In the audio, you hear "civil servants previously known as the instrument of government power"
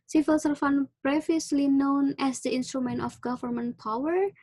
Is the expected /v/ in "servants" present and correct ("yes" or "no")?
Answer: no